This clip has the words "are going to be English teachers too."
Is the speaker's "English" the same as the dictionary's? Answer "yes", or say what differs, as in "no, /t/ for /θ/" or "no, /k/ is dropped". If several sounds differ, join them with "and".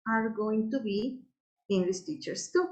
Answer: no, /s/ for /ʃ/